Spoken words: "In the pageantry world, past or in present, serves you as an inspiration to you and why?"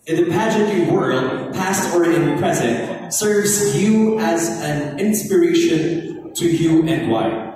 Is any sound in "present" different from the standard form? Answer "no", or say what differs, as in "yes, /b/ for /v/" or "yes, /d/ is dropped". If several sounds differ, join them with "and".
no